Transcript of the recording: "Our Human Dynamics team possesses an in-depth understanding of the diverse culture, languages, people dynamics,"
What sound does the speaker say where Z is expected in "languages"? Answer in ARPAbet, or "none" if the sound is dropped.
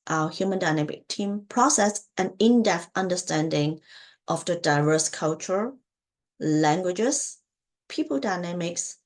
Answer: S